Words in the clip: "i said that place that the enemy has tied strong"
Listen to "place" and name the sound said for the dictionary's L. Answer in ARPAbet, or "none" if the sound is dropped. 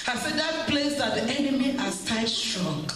L